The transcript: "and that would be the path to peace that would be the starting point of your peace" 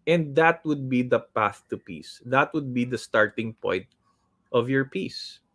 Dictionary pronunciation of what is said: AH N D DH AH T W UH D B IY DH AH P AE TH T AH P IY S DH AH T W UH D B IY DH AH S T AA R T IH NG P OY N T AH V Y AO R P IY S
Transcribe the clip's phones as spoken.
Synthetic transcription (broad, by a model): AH N D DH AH T W UH D B IY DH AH P AE TH T AH P IY S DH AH T W UH D B IY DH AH S T AA R T IH NG P OY N T AH V Y AO R P IY S